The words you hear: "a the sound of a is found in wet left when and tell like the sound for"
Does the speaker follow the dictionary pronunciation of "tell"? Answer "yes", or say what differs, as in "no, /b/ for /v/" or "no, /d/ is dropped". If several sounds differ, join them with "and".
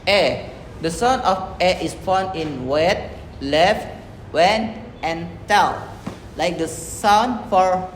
no, /n/ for /l/